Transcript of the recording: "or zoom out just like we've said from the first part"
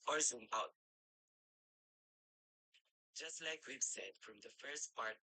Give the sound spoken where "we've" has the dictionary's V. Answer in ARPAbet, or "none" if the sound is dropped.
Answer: B